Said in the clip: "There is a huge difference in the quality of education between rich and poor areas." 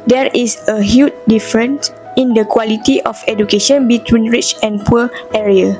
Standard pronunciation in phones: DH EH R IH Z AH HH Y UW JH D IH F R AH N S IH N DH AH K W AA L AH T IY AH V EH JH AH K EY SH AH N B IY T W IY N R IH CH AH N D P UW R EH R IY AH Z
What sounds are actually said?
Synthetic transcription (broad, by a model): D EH R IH S AH HH Y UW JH D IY F R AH N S IH N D AH K W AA L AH T IY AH F EH JH AH K EY SH AH N B IY T W IY N R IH CH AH N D P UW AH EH R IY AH